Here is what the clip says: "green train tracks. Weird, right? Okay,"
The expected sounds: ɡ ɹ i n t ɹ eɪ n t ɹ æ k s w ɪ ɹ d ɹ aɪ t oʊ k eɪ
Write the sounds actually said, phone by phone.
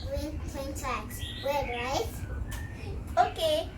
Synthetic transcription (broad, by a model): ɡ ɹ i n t eɪ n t æ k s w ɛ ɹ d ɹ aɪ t oʊ k eɪ